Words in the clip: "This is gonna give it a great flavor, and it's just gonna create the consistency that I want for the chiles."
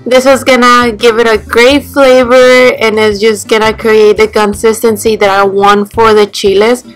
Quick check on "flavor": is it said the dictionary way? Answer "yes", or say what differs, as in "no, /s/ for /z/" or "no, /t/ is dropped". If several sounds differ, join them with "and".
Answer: yes